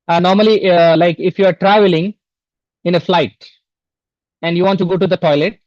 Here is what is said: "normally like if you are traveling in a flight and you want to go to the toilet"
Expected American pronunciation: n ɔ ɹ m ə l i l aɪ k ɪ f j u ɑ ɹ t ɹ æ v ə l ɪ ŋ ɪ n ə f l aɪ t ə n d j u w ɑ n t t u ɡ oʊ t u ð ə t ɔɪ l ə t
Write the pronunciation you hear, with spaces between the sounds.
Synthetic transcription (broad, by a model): n ɔ ɹ m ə l i l aɪ k ɪ f j u ɑ ɹ t ɹ æ v ə l ɪ ŋ ɪ n ə f l aɪ t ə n d j u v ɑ n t t u ɡ oʊ t u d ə t ɔɪ l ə t